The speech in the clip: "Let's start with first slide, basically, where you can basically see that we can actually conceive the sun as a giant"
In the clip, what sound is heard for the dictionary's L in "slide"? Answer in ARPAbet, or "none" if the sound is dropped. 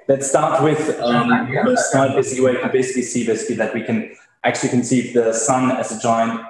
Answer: N